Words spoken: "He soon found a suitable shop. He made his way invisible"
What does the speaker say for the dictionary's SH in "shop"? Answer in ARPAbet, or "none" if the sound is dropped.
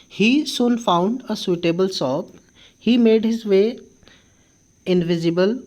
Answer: S